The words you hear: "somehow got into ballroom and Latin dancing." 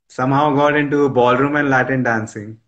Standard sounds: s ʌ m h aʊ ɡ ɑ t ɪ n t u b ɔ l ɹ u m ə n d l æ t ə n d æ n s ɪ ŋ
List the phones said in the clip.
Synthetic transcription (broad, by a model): s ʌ m h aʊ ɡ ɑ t ɪ n t u b ɔ l ɹ u m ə n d l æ t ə n d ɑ n s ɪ ŋ